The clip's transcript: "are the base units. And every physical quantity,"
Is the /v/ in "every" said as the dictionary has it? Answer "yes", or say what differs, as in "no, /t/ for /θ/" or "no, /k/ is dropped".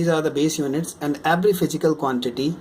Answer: no, /b/ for /v/